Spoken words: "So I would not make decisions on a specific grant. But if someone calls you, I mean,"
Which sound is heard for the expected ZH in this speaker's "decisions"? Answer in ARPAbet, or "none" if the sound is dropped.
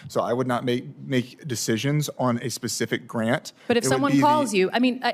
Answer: ZH